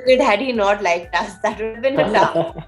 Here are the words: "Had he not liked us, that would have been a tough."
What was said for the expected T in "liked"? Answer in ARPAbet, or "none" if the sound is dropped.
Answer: T